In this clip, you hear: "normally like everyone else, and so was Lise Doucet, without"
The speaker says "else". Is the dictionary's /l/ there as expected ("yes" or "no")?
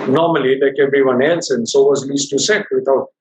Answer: no